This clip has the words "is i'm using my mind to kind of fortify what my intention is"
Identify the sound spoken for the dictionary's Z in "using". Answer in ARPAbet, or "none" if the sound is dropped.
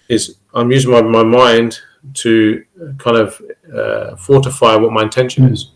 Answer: Z